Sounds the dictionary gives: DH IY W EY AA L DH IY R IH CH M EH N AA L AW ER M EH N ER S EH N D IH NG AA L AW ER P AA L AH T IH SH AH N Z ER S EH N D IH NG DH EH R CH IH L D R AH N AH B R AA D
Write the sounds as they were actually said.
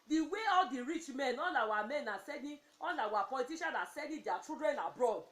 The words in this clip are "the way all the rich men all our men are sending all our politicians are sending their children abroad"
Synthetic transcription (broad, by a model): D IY W EY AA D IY R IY CH M EH N AA L AW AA M EH N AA S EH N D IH AA L AW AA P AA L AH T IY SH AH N AA S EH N D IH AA CH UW D R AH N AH B R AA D